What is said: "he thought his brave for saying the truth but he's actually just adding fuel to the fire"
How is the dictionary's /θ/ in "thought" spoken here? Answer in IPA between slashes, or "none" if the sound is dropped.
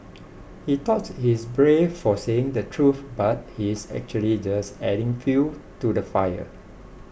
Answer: /t/